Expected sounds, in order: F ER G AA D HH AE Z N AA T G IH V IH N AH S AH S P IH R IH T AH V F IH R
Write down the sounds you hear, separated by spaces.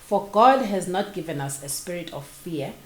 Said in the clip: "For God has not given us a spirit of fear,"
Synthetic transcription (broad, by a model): F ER G AA D HH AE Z N AA T G IH V IH N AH S AH S P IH R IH T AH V F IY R